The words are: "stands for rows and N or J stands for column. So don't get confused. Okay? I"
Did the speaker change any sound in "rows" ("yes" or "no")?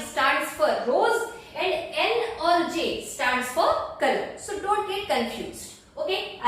no